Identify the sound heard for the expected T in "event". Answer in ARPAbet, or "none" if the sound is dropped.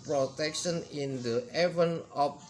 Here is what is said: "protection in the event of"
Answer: none